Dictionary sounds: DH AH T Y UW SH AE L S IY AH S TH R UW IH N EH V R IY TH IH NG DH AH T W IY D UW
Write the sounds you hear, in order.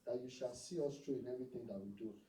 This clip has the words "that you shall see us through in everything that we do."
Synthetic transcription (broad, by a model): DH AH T Y UW SH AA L S IY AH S T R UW IH N EH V R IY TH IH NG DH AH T W IY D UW